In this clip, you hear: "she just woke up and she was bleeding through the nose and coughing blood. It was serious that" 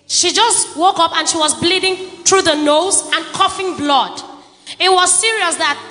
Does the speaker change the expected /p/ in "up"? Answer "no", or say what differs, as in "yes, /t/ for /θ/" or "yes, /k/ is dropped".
no